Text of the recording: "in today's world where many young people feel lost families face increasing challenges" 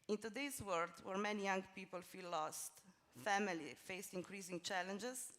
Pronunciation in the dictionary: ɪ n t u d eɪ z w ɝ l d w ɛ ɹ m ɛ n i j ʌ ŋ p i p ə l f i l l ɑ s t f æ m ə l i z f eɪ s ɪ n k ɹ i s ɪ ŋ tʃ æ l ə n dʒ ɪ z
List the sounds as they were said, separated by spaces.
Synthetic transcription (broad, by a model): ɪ n t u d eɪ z w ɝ d w ɛ ɹ m ɛ n i j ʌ ŋ p i p ə l f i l l ɑ s t f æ m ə l i f eɪ s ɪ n k ɹ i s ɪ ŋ tʃ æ l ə n dʒ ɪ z